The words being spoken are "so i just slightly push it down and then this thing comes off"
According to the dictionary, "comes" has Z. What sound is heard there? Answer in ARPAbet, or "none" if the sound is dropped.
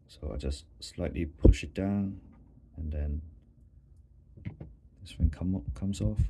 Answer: S